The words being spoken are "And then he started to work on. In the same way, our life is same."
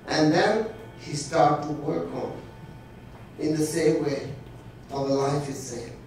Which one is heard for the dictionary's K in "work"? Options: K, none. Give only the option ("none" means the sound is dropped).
K